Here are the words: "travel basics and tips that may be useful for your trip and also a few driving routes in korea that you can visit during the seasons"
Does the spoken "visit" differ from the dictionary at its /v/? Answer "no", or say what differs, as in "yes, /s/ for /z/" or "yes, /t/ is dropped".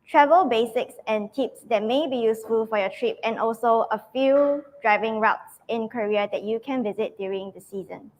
no